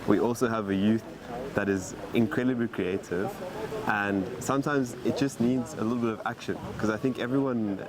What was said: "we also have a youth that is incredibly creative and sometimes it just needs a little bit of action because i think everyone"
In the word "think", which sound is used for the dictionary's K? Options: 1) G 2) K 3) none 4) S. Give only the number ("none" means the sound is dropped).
2